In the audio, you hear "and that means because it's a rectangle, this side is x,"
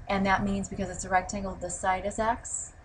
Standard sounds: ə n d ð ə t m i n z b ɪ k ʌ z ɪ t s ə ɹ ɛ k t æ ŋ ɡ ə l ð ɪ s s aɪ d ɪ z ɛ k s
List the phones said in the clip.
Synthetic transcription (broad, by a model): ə n ð ə t m i n z b ɪ k ʌ z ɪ t s ə ɹ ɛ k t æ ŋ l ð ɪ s s aɪ d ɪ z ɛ k s